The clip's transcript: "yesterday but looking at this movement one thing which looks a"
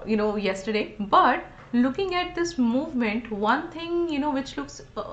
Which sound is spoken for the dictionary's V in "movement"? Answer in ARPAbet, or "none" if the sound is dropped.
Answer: V